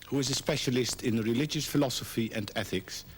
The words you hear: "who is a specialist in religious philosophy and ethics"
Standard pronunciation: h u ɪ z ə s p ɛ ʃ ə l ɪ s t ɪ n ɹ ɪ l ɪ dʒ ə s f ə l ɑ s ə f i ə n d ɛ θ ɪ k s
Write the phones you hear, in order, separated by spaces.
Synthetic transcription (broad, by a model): h u ɪ z ə s p ɛ ʃ ə l ɪ s t ɪ n ɹ ɪ l ɪ dʒ ə s f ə l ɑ s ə f i ə n d ɛ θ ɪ k s